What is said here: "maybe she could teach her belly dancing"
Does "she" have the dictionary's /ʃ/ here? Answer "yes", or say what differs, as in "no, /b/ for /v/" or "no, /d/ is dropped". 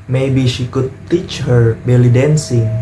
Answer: yes